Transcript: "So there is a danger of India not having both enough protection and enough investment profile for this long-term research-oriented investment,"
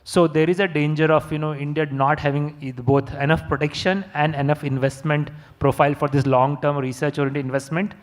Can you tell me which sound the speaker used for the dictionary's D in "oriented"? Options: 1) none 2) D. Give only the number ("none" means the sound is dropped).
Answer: 1